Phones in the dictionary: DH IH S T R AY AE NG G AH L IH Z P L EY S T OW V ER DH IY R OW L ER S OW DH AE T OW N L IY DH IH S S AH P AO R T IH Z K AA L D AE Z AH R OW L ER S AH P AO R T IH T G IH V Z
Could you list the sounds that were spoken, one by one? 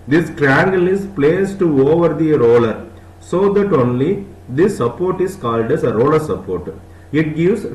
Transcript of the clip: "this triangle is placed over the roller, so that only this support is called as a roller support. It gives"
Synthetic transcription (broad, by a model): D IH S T R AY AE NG G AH L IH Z P L EY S T OW V ER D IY R OW L ER S OW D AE T OW N L IY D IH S S AH P AO R T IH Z K AA L D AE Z AH R OW L ER S AH P AO R T IH T G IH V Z